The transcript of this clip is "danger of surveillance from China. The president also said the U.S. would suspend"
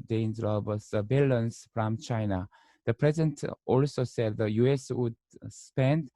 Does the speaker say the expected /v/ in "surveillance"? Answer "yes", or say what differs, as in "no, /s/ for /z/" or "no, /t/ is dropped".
no, /b/ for /v/